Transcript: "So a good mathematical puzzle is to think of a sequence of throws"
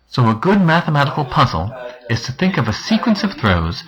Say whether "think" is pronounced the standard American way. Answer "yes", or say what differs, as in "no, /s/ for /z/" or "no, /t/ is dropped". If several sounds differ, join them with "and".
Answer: yes